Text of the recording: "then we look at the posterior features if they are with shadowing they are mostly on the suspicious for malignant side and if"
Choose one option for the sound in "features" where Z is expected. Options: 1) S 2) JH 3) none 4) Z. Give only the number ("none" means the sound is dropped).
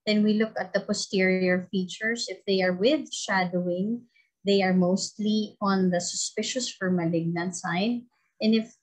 1